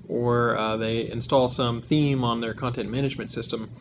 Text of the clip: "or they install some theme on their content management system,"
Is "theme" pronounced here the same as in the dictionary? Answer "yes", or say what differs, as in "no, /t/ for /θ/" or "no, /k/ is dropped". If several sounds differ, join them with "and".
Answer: yes